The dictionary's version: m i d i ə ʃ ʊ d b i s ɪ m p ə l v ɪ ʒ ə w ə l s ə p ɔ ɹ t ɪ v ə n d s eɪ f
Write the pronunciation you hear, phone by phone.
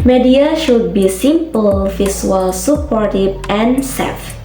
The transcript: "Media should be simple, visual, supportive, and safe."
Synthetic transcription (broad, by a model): m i d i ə ʃ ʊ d b i s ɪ m p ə l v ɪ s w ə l s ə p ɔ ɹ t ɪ b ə n s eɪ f